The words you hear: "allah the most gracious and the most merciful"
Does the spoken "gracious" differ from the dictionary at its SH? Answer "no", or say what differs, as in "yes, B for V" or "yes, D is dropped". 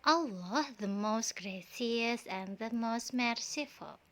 yes, S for SH